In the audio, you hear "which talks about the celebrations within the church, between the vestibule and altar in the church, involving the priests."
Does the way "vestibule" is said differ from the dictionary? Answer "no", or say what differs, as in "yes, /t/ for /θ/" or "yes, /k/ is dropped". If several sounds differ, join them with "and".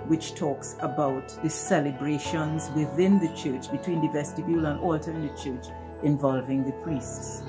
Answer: no